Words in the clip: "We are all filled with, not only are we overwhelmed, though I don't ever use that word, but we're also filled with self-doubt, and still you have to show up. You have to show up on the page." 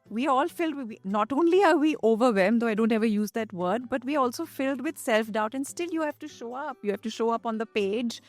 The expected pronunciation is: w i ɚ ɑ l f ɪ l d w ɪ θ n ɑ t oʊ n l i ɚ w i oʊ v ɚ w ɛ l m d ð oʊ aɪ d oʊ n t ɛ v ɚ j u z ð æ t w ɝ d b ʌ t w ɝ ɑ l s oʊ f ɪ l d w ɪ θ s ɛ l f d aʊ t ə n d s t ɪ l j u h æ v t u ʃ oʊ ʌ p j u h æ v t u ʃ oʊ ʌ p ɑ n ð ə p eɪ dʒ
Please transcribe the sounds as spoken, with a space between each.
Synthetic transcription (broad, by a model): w i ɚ ɑ l f ɪ l d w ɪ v n ɑ t oʊ n l i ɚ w i oʊ v ɚ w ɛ m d oʊ aɪ d oʊ n t ɛ v ɚ j u z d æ t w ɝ d b ʌ t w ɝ ɑ l s oʊ f ɪ l d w ɪ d s ɛ l f d aʊ t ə n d s t ɪ l j u h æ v t u ʃ oʊ ʌ p j u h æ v t u ʃ oʊ ʌ p ɑ n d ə p eɪ dʒ